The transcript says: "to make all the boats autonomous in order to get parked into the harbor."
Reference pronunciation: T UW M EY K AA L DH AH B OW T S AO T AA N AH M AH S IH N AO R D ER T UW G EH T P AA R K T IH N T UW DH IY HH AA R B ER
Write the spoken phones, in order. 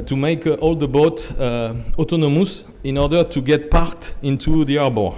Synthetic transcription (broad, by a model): T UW M EY K AA L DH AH B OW T AO T AA N AH M AH S IH N AO R D ER T UW G EH T P AA R K T IH N T UW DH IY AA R B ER